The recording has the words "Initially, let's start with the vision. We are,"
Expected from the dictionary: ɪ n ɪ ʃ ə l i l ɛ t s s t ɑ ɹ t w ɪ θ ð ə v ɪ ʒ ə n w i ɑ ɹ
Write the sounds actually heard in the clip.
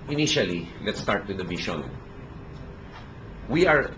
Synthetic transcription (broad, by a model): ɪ n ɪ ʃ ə l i l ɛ t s s t ɑ ɹ t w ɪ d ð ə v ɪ ʃ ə n w i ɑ ɹ